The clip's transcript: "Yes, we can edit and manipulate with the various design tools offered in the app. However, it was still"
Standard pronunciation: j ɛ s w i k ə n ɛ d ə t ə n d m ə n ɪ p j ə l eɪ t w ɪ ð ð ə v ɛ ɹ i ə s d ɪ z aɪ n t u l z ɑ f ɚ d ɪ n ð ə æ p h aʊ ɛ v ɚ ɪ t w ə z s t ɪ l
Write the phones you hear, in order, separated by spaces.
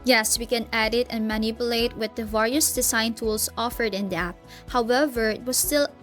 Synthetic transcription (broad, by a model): j ɛ s w i k ə n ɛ d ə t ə n m ə n ɪ p j ə l eɪ t w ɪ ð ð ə v ɛ ɹ i ə s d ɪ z aɪ n t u l s ɑ f ɚ d ɪ n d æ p h aʊ ɛ v ɚ ɪ t w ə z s t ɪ l